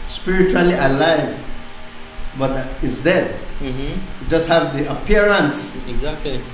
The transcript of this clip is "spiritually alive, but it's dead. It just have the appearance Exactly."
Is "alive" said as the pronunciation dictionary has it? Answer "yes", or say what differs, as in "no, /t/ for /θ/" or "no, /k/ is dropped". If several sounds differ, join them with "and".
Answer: yes